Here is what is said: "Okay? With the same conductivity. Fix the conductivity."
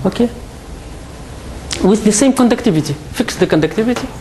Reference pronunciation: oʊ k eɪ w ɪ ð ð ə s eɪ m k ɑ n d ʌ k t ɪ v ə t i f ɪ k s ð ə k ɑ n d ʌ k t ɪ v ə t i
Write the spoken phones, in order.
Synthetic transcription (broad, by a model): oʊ k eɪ w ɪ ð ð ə s eɪ m k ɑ n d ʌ k t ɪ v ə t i f ɪ k s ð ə k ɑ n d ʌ k t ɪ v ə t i